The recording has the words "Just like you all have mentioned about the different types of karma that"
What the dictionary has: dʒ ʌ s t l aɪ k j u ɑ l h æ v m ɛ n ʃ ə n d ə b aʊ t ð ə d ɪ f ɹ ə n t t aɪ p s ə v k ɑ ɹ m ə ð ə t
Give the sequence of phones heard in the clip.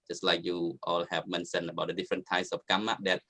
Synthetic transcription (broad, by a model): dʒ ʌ s t l aɪ k j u ɑ l h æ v m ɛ n s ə n ə b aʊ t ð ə d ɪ f ɹ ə n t t aɪ s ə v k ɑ m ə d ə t